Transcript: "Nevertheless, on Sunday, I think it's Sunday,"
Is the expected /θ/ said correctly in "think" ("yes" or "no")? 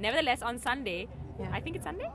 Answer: no